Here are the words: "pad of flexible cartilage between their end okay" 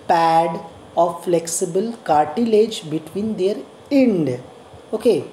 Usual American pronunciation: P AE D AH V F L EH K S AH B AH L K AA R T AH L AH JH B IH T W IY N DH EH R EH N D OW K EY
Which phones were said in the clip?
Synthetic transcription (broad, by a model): P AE D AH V F L EH K S AH B AH L K AA R T AH L AH JH B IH T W IY N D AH R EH N D OW K EY